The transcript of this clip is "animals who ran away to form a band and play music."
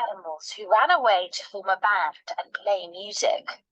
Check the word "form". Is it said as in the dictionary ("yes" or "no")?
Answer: no